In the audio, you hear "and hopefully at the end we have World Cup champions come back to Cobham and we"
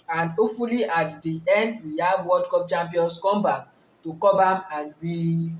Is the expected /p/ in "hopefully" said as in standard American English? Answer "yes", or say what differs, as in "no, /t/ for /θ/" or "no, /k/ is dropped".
no, /p/ is dropped